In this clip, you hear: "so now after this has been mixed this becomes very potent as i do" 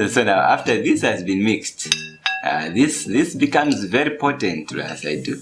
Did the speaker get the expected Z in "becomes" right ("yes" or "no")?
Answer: yes